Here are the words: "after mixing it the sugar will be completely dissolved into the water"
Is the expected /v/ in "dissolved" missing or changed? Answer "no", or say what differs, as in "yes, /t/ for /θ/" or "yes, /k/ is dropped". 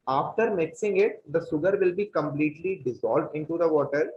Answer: no